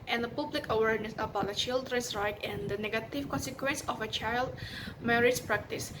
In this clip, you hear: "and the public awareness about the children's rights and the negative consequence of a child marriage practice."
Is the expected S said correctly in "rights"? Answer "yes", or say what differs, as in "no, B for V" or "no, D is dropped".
no, S is dropped